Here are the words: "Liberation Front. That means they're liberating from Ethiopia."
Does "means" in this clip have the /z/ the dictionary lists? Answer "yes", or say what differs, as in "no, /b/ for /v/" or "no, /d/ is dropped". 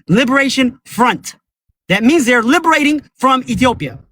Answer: yes